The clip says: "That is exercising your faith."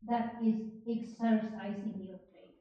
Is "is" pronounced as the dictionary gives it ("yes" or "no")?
yes